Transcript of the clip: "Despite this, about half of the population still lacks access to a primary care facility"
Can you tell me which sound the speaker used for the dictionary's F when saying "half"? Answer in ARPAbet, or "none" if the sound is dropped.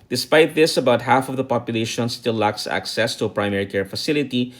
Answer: F